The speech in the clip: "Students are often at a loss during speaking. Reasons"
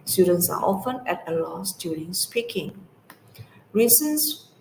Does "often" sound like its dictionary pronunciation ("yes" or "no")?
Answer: yes